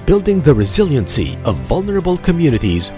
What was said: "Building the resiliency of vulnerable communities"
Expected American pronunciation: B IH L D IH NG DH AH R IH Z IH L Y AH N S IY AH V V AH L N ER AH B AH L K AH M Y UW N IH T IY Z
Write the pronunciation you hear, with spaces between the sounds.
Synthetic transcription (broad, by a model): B IH L D IH NG DH AH R IH Z IH L Y AH N S IY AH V V AH L N ER AH B AH L K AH M Y UW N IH T IY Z